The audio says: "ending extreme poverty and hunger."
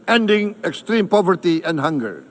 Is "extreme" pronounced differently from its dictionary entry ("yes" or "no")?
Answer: no